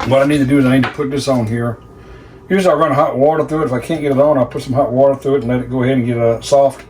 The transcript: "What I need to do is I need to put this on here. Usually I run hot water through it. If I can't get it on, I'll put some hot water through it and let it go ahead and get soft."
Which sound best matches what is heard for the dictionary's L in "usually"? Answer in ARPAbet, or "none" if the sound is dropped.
none